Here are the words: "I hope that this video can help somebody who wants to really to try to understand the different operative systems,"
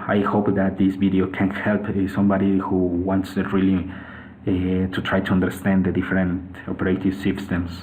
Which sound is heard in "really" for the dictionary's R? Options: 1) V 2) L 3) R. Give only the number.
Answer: 2